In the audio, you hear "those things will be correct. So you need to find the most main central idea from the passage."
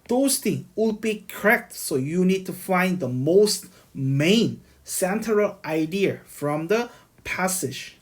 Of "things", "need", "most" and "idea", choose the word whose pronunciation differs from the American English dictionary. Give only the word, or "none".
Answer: things